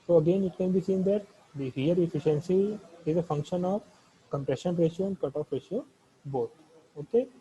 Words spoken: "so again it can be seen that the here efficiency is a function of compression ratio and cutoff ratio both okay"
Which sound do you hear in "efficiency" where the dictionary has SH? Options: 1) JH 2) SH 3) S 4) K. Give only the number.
2